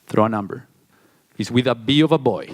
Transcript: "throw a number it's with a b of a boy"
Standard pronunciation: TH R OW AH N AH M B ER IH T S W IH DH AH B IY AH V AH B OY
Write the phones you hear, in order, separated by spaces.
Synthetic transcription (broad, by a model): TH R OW AH N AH M B ER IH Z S W IH DH AH B IY AH V AH B OY